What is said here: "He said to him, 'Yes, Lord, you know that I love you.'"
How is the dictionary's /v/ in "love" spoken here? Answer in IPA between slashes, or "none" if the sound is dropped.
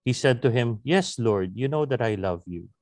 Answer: /v/